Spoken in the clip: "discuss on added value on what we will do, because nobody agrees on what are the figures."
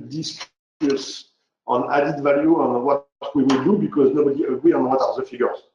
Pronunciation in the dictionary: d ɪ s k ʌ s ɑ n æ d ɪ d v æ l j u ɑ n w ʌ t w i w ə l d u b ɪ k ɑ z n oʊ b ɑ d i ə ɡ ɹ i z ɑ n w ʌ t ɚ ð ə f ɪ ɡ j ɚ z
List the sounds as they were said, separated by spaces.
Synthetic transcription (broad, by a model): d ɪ s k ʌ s ɑ n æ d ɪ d v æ l j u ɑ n w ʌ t w i w ə l d u b ɪ k ɑ z n oʊ b ɑ d i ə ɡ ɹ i ɑ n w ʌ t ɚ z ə f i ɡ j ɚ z